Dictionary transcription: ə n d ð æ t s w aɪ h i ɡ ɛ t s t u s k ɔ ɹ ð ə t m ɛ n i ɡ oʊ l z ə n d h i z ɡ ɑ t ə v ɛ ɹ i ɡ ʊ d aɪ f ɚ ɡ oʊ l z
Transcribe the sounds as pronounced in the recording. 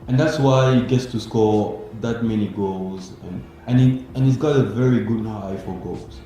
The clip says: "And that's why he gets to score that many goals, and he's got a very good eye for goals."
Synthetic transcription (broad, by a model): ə n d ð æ t s w aɪ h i ɡ ɛ t s t u s k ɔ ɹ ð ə t m ɛ n i ɡ oʊ l z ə n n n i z ɡ ɑ t ə v ɛ ɹ i ɡ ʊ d aɪ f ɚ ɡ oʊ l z